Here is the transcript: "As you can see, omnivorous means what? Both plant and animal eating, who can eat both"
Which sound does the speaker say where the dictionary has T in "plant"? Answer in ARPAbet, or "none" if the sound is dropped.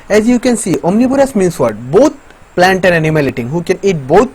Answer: T